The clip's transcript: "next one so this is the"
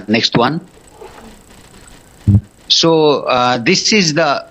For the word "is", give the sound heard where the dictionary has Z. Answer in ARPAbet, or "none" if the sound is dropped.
Z